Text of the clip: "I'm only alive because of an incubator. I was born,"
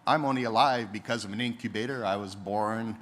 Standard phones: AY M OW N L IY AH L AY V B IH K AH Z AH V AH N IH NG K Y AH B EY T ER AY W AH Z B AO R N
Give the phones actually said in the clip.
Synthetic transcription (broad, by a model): AY M OW N L IY AH L AY V B IH K AH Z AH V AH N IH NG K Y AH B EY T ER AY W AH Z B AO R N